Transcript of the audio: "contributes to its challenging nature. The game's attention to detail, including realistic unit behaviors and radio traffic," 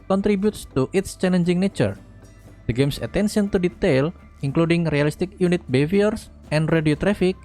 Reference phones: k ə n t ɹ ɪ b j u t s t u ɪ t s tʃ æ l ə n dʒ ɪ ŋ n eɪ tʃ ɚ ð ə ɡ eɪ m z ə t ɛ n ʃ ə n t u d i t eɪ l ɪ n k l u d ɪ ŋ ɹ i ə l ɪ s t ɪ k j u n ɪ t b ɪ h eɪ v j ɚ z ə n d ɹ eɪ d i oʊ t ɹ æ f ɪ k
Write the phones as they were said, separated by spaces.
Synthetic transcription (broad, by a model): k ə n t ɹ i b j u t s t u ɪ t s tʃ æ l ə n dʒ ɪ ŋ n eɪ tʃ ɚ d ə ɡ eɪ m s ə t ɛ n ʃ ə n t u d i t eɪ l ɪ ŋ k l u d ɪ ŋ ɹ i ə l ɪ s t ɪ k j u n ɪ t b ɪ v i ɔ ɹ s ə n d ɹ eɪ d i oʊ t ɹ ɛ f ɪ k